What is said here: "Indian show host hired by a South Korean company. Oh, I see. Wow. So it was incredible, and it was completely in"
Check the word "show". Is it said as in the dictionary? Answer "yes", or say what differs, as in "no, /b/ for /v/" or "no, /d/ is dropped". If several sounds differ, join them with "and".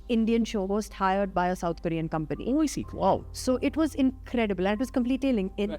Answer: yes